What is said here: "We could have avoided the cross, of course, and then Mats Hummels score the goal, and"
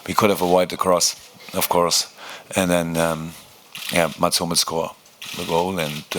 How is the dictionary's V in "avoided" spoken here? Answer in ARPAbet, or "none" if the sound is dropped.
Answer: W